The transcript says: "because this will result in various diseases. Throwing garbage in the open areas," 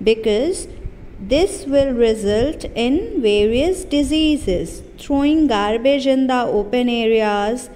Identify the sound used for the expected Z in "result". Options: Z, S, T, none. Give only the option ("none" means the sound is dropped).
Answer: Z